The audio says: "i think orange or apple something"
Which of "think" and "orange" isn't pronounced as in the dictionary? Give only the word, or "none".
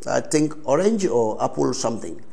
think